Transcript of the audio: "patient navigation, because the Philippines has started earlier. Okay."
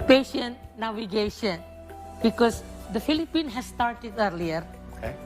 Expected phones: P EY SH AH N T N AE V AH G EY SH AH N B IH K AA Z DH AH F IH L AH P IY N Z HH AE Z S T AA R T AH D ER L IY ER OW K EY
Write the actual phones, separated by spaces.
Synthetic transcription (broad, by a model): P EY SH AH N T N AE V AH G EY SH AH N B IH K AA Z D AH F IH L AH P IY N HH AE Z S T AA R T AH D ER L IY ER